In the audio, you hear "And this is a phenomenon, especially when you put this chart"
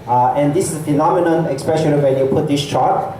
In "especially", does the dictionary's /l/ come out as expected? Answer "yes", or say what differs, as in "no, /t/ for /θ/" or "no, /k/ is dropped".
no, /n/ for /l/